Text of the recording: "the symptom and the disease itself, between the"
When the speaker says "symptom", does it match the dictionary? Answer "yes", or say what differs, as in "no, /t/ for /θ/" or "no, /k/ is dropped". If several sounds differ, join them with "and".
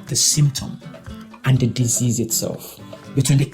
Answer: yes